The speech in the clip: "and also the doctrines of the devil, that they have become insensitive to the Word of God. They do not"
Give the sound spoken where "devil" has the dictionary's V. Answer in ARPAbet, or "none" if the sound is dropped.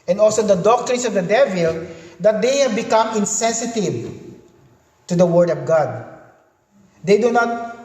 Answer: V